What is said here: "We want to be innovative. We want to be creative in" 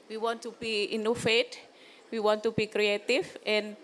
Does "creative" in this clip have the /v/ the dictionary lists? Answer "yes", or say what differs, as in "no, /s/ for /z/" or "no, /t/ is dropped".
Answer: no, /f/ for /v/